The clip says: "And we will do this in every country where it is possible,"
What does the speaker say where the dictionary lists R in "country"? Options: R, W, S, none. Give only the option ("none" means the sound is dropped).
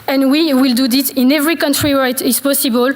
R